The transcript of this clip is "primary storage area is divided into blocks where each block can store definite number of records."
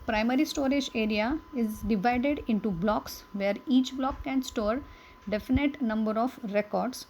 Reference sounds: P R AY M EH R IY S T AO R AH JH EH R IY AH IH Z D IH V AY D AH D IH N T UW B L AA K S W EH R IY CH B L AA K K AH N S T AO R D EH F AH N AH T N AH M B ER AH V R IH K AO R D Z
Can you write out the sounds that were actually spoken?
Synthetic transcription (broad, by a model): P R AY M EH R IY S T AO R AH JH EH R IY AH IH Z D IH V AY D AH D IH N T UW B L AA K S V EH R IY CH B L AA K K AH N S T AO R D EH F AH N AH T N AH M B ER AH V R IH K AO R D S